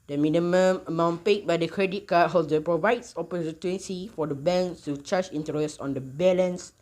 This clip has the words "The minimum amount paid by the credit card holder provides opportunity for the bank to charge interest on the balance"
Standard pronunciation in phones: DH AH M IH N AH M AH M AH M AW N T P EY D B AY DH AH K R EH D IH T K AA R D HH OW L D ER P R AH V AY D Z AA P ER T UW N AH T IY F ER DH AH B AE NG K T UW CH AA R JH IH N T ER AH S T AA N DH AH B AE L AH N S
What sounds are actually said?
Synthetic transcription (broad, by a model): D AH M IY N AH M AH M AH M AW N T P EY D B AY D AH K R EH D IH T K AA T HH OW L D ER P R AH V AY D S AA P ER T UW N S IY F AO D AH B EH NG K T UW CH AA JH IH N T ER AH S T AA N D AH B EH L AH N S